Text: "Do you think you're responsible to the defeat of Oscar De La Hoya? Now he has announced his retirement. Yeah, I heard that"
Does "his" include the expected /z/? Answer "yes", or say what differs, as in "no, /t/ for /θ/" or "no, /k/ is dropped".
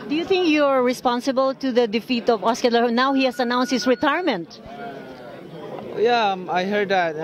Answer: no, /s/ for /z/